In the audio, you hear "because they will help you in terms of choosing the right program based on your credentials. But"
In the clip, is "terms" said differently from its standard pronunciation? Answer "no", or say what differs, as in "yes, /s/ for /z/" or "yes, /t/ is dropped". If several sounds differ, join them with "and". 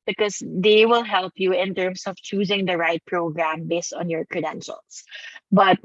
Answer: yes, /s/ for /z/